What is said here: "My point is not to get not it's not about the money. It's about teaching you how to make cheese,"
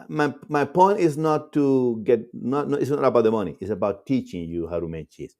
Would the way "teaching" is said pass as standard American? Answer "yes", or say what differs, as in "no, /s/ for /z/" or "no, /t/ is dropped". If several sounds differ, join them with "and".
yes